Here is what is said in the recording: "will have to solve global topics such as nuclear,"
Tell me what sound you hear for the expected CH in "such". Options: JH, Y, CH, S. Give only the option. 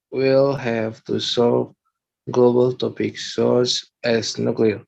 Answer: S